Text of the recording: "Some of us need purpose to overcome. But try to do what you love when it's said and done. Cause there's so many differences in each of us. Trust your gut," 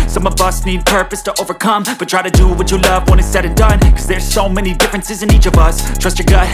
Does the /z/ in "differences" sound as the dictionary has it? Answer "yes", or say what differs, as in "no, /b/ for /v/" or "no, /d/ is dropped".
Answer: yes